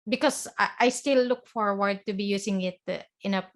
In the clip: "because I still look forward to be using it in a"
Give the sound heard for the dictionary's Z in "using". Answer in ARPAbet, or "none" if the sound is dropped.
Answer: S